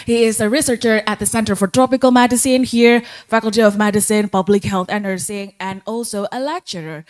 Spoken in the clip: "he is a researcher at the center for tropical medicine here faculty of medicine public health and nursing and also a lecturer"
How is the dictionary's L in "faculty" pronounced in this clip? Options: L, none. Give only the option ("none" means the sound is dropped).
L